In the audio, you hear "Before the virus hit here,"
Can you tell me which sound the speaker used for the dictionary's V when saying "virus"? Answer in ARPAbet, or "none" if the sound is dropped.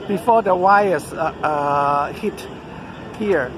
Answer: W